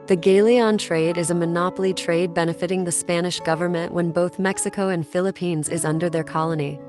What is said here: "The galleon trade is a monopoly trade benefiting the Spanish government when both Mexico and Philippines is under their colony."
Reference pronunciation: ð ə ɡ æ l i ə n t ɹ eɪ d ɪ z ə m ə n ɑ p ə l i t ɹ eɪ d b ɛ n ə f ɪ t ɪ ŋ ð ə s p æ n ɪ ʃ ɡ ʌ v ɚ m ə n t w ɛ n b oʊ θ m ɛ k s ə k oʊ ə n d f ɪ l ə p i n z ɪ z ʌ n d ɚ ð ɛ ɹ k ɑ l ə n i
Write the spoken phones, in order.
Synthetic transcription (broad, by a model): ð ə ɡ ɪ l i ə n t ɹ eɪ d ɪ z ə m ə n ɑ p l i t ɹ eɪ d b ɛ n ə f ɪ t ɪ ŋ ð ə s p æ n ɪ ʃ ɡ ʌ v ɚ m ə n t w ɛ n b oʊ θ m ɛ k s ə k oʊ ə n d f ɪ l ə p i n z ɪ z ʌ n d ɚ ð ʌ ɹ k ɑ l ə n i